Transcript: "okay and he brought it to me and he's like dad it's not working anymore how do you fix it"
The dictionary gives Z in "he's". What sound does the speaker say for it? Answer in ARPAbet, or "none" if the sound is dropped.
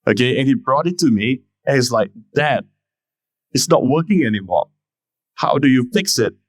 S